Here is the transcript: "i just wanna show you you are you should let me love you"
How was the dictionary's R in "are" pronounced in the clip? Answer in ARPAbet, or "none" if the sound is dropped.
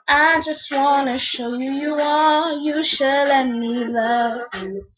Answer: L